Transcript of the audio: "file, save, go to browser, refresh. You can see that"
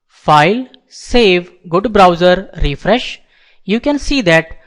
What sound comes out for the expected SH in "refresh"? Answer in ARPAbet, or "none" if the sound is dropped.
SH